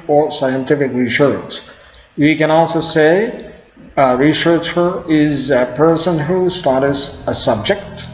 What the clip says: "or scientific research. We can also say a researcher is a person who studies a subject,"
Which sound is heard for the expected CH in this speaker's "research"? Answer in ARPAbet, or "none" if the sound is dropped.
S